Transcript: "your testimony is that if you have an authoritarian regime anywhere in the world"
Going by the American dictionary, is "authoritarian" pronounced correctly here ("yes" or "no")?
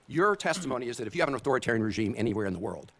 yes